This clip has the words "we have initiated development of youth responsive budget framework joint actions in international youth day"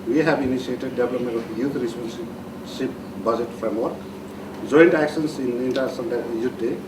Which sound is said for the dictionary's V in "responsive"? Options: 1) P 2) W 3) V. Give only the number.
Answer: 1